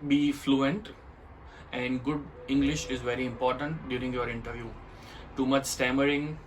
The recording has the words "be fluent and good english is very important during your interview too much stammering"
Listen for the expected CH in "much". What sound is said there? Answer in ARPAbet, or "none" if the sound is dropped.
CH